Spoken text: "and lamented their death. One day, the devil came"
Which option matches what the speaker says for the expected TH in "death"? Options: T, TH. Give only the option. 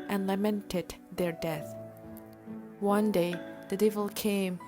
TH